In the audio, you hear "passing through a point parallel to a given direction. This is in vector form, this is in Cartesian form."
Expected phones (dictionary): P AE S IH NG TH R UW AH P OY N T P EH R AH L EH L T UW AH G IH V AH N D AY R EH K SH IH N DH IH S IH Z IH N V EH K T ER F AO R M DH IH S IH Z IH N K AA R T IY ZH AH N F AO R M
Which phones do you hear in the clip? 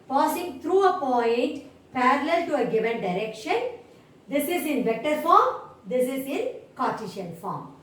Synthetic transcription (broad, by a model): P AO S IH NG T R UW AH P OY N T P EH R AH L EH L T UW AH G IH V AH N D AY R EH K SH IH N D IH S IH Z IH N V EH K T ER F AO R M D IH S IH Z IH N K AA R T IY SH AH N F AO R M